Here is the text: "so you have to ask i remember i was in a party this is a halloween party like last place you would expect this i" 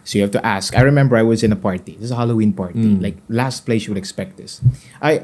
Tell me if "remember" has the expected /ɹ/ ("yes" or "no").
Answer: yes